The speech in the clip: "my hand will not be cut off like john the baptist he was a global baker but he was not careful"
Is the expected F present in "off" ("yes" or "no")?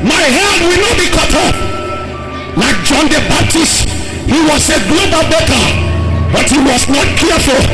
no